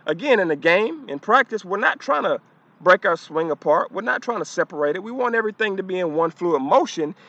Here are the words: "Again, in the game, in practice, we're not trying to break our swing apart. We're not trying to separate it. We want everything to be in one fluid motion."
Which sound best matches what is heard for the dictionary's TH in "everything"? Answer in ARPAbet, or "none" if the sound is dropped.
TH